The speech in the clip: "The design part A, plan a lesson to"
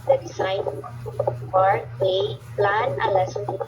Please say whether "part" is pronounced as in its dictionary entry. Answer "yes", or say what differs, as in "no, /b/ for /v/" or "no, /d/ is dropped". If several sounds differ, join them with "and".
no, /t/ is dropped